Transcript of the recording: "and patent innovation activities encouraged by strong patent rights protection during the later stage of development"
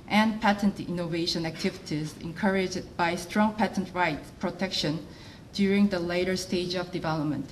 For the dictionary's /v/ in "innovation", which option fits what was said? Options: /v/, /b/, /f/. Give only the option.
/v/